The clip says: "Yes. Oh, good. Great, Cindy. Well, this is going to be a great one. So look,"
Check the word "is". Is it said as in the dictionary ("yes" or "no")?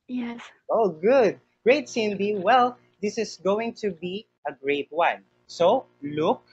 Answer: no